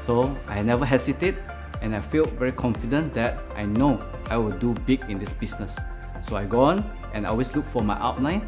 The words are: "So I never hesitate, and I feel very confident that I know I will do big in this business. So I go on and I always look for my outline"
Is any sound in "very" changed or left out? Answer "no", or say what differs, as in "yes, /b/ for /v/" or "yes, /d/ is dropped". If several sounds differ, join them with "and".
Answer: no